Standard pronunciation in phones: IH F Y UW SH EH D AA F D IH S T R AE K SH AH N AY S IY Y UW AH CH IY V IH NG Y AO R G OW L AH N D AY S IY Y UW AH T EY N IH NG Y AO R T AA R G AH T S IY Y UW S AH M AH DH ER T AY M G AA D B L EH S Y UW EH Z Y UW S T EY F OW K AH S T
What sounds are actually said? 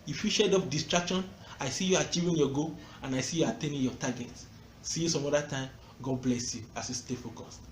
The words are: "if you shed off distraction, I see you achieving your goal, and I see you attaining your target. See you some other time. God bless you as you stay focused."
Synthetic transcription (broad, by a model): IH F Y UW SH EH D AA P D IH S T R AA K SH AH N AY S IY Y UW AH CH IY V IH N Y AO G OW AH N AY S IY Y UW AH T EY N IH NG Y AO T AA G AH T S IY Y UW S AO M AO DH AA T AY M G AA D B L EH S Y UW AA S Y UW S T EY F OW K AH S